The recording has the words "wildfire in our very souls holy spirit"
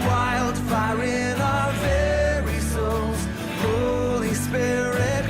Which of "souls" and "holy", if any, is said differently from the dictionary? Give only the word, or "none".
none